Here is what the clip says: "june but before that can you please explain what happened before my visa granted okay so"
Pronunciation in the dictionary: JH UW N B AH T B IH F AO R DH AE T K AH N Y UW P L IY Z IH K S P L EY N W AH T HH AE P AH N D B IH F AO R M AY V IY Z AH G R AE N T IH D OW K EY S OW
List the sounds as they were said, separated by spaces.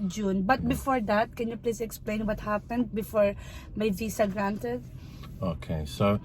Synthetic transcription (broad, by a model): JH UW N B AH T B IH F AO R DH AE T K AH N Y UW P L IY S IH K S P L EY N W AH T HH AE P AH N D B IH F AO R M AY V IY S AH G R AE N T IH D OW K EY S OW